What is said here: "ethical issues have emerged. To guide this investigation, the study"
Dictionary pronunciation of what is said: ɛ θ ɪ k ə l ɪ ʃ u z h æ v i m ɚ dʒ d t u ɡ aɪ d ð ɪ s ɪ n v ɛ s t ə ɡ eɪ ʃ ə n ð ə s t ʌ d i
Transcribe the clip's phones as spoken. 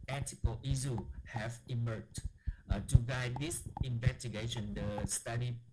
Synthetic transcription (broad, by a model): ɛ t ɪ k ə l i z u h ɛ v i m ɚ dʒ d t u ɡ aɪ d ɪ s ɪ n v ɛ s t ə ɡ eɪ ʃ ə n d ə s t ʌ d i